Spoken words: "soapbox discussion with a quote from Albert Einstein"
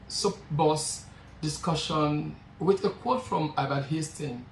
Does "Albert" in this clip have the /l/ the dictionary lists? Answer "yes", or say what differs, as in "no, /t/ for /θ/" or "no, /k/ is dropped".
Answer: no, /l/ is dropped